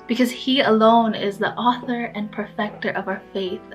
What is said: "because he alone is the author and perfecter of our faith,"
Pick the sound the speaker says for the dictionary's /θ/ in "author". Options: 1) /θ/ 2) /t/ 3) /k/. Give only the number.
1